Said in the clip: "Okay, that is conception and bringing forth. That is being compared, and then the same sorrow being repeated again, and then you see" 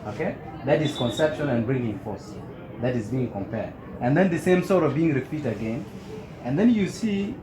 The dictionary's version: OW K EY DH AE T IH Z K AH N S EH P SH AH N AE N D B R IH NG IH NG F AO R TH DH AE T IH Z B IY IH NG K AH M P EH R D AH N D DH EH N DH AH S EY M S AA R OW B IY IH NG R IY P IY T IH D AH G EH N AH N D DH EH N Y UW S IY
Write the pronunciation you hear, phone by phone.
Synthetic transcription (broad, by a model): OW K EY DH AE T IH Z K AH N S EH P SH AH N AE N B R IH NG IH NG F AO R S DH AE T IH Z B IY IH NG K AH M P EH R D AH N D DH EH N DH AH S EY M S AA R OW B IY IH NG R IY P IY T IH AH G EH N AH N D DH EH N Y UW S IY